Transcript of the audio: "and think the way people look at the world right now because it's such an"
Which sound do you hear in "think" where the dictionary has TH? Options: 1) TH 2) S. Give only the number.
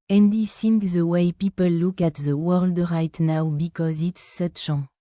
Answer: 2